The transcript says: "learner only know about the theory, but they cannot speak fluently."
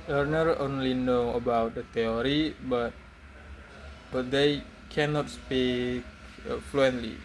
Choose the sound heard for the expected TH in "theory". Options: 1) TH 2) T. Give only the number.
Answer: 2